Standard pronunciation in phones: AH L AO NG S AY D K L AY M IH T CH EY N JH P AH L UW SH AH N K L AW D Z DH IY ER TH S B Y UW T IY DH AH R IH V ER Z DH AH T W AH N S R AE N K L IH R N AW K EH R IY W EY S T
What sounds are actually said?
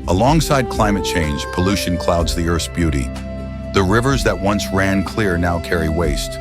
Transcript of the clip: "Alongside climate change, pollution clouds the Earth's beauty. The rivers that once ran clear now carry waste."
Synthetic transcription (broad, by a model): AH L AO NG S AY D K L AY M IH T CH EY N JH P AH L UW SH AH N K L AW D Z DH IY ER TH B Y UW T IY DH AH R IH V ER Z DH AH T W AH N S R AE N K L IH R N AW K EH R IY W EY S T